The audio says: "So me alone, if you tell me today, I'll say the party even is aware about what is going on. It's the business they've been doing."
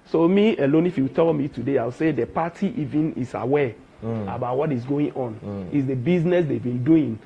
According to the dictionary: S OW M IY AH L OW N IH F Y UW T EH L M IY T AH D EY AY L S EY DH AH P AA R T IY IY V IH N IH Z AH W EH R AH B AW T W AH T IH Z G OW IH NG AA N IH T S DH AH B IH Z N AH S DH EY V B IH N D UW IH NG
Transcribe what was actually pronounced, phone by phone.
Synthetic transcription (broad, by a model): S OW M IY AH L OW N IH F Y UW T EH L M IY T AH D EY AY W S EY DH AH P AA T IY IY V IH N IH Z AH W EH AH B AW T W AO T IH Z G OW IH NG AA N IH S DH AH B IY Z N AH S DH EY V B IH N D UW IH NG